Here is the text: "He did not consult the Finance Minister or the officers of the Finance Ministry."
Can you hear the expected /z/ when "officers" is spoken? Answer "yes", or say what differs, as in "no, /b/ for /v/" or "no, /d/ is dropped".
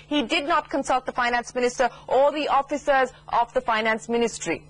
yes